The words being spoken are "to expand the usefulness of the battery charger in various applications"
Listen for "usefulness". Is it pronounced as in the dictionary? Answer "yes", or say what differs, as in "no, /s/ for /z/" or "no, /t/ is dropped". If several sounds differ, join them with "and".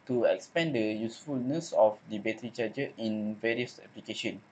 yes